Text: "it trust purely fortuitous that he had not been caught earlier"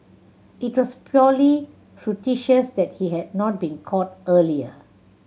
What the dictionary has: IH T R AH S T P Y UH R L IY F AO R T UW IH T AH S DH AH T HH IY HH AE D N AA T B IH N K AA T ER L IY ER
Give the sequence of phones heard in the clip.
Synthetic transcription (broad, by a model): IH T W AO S P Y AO L IY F R T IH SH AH S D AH T HH IY HH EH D N AA T B IH N K AA T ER L IY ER